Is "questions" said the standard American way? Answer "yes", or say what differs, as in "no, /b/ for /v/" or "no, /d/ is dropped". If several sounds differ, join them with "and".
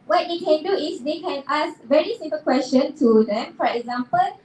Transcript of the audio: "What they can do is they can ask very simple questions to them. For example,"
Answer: no, /z/ is dropped